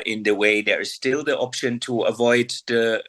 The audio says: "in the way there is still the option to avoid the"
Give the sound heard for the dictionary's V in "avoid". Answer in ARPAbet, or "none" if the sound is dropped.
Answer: V